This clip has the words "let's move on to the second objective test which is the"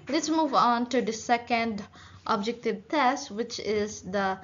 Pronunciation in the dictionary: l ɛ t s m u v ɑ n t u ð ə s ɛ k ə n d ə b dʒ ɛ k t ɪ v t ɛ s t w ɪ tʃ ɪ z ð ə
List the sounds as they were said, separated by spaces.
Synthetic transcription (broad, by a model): l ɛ t s m u v ɑ n t u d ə s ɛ k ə n d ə b dʒ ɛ k t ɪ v t ɛ s t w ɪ tʃ ɪ z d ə